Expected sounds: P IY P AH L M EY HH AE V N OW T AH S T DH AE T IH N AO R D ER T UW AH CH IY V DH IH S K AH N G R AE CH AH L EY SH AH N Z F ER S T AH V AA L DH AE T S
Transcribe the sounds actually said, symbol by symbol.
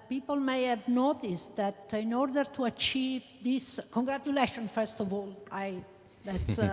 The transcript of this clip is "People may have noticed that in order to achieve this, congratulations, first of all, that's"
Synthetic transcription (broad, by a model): P IY P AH L M EY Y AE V N OW T AH S T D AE T IH N AO R D ER T UW AH CH IY V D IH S K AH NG G R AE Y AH L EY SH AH N F ER S T AH V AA L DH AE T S